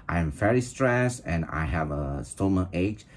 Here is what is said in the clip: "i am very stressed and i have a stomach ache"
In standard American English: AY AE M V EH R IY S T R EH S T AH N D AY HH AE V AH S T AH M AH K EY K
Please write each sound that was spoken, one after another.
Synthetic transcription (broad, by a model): AY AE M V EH R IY S T R EH S T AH N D AY HH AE V AH S T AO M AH EY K